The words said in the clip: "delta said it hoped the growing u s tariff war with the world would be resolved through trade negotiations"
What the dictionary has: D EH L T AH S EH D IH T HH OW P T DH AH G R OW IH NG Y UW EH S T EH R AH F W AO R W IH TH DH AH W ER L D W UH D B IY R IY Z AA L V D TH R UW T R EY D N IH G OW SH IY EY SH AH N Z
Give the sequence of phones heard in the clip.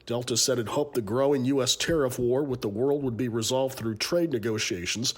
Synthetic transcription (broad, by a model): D EH L T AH S EH D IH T HH OW P DH AH G R OW IH NG Y UW EH S T EH R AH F W AO R W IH DH AH W ER L D W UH D B IY R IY Z AA L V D TH R UW T R EY D N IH G OW SH IY EY SH N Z